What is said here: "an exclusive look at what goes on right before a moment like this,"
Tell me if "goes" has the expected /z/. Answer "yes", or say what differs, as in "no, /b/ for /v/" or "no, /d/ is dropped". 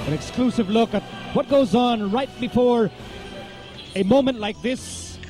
yes